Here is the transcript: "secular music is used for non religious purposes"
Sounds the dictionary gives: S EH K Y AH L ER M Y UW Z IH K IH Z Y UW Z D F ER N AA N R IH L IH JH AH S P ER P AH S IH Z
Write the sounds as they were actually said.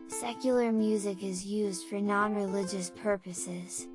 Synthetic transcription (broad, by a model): S EH K Y L ER M Y UW Z IH K IH Z Y UW Z D F ER N AA N R IH L IH JH AH S P ER P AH S IH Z